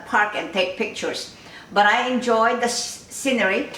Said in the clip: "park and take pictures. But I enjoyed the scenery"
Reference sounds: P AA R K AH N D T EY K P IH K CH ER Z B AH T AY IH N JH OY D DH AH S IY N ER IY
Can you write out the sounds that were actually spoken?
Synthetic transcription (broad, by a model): P AA R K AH N T EY K P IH K CH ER S B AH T AY IH N JH OY D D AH S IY N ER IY